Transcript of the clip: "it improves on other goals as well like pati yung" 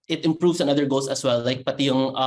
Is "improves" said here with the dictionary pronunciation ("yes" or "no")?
no